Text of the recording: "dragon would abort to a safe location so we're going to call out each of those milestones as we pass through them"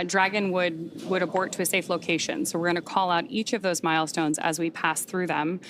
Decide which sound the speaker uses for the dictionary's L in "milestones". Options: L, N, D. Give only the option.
L